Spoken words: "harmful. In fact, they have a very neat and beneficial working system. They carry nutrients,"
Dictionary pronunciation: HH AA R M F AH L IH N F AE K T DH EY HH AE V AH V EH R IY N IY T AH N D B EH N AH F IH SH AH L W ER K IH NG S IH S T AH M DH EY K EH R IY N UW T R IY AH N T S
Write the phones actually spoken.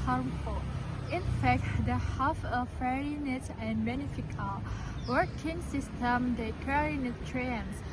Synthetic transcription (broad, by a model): HH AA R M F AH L IH N F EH K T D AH HH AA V AH F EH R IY N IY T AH N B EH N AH F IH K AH L W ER K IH NG S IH S T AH M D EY K EH R IY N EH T R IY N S